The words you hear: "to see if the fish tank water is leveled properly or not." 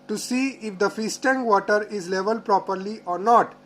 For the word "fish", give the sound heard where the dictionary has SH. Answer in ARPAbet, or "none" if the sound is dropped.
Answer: S